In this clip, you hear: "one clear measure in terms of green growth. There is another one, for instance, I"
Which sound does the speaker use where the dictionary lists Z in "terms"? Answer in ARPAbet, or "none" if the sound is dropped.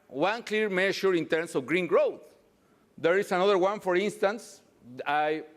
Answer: S